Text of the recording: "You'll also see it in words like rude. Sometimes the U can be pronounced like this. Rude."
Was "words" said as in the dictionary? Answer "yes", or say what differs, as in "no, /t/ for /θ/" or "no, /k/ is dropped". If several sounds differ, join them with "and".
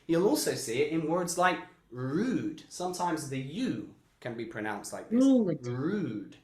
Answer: yes